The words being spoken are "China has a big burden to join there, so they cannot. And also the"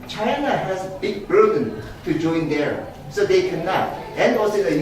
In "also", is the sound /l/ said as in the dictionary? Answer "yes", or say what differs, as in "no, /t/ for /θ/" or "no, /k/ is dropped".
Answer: no, /l/ is dropped